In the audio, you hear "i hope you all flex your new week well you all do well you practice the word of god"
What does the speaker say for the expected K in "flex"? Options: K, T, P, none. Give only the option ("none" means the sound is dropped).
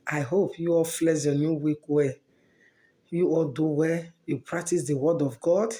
none